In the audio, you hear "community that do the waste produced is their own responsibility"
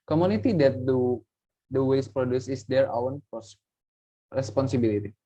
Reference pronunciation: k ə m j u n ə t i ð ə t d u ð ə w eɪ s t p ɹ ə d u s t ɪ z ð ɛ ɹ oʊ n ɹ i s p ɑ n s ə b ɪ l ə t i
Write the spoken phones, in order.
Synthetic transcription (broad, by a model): k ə m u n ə t i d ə t d u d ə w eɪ s p ɹ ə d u s ɪ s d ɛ ɹ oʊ n ɹ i s p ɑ n s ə b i l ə t i